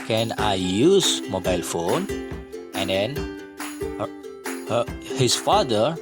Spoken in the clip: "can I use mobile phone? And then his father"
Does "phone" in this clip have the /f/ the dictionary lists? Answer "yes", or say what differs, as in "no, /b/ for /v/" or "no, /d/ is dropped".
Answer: yes